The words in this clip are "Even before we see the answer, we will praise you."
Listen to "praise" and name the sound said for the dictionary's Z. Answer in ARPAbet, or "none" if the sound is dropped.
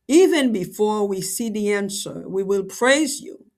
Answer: Z